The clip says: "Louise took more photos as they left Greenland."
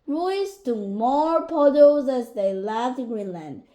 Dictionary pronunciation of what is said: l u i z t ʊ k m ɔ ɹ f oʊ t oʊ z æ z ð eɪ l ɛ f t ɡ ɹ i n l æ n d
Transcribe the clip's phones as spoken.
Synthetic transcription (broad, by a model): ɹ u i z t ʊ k m ɔ ɹ p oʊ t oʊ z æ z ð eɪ l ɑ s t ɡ ɹ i n l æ n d